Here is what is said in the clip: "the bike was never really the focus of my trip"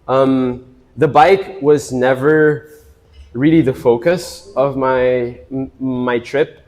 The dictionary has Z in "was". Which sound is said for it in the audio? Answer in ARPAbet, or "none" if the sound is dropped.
Z